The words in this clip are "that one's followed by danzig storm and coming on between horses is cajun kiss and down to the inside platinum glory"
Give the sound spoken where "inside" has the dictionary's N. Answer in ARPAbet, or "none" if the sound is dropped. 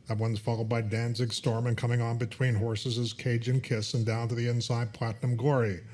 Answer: N